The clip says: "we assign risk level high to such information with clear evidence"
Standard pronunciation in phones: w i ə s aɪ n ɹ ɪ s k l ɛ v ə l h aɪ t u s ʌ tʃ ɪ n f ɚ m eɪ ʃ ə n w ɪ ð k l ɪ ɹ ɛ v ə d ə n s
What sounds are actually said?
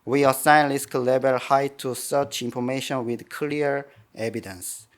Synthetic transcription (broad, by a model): w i ə s aɪ n l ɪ s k l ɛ b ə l h aɪ t u s ʌ tʃ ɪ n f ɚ m eɪ ʃ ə n w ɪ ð k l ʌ ɹ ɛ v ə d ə n s